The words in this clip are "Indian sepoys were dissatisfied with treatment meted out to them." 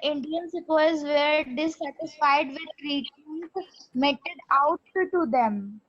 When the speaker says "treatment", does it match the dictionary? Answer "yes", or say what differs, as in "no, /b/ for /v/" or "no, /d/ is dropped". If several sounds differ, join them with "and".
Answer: no, /m/ is dropped